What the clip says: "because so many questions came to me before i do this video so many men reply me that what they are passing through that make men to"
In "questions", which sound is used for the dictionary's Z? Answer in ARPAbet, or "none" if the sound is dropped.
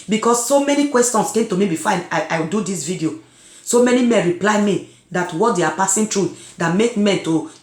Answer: S